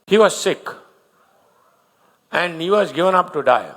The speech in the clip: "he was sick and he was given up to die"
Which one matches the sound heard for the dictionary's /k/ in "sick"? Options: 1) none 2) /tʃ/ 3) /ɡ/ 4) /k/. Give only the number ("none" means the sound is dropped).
4